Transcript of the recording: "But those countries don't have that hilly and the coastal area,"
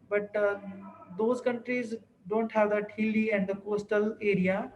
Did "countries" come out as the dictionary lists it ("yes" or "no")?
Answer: yes